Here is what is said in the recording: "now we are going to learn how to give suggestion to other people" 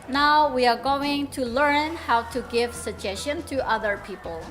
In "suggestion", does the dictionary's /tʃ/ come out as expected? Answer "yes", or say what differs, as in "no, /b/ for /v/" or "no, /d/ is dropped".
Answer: no, /ʃ/ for /tʃ/